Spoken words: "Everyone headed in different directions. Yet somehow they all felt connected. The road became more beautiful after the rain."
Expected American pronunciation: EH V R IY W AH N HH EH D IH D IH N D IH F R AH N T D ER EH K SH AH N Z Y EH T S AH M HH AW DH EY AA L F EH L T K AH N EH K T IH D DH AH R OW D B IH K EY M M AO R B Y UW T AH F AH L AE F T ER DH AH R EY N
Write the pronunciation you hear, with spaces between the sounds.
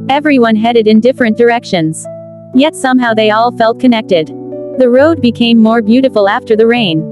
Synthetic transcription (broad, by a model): EH V R IY W AH N HH EH D IH D IH N D IH F R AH N D ER EH K SH AH N Z Y EH T S AH M HH AW DH EY AA L F EH L T K AH N EH K T IH D DH AH R OW D B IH K EY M M AO R B Y UW T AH F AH L AE F T ER DH AH R EY N